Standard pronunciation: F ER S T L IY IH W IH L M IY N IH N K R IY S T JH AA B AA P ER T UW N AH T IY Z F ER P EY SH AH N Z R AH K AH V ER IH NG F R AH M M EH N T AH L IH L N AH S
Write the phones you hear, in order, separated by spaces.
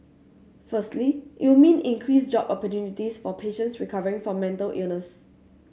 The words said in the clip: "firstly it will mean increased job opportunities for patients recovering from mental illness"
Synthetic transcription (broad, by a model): F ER S T L IY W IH W M IY N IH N K R IY S JH AA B AA P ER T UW N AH T IY S F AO P EY SH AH N S R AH K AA V ER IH NG F R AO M M EH N T AH L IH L N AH S